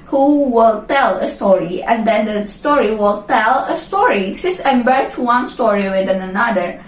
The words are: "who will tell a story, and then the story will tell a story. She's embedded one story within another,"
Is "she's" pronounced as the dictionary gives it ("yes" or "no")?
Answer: no